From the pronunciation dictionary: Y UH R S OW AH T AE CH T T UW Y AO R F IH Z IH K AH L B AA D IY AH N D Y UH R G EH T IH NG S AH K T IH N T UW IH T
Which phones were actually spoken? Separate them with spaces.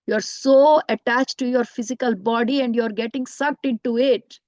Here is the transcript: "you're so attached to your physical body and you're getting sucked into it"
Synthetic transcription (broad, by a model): Y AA R S OW AH T AE CH T T UW Y AO R F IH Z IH K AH L B AA D IY AH N D Y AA R G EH T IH NG S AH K T IH N T UW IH T